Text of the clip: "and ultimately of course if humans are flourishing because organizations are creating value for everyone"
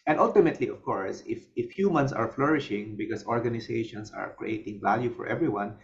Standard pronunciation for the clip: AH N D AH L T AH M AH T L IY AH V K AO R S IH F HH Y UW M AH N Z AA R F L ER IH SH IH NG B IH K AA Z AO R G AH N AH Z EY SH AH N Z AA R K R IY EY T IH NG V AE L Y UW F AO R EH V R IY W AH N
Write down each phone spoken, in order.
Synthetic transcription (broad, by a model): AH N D AH L T AH M AH T L IY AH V K AO R S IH F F Y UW M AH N S AA R F L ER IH SH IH NG B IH K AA S AO R G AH N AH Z EY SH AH N S AA R K R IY EY T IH NG V AE L Y UW F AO R EH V R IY W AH N